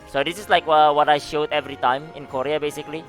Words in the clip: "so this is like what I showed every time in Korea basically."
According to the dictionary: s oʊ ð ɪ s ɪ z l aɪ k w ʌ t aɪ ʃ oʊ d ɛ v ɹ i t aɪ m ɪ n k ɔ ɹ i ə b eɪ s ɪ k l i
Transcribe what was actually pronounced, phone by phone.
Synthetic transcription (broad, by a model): s oʊ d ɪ s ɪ s l aɪ k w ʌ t aɪ ʃ oʊ d ɛ v ɹ i t aɪ m ɪ n k ɔ ɹ i ə b eɪ s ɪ k l i